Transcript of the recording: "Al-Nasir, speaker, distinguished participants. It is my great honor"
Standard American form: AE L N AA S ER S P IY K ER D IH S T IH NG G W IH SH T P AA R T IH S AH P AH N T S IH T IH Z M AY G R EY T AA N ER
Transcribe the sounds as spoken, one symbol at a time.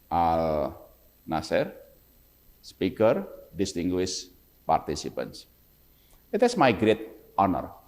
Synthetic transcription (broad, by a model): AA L N AA S ER S P IY K ER D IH S T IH NG G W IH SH P AA R T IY S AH P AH N S IH T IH S M AY G R EY T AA N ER